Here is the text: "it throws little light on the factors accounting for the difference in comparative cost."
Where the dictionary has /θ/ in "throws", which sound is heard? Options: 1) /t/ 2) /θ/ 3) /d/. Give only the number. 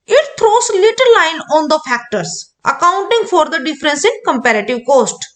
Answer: 1